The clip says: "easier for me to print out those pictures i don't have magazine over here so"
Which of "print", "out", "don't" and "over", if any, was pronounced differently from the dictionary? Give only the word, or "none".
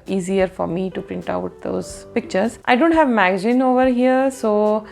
none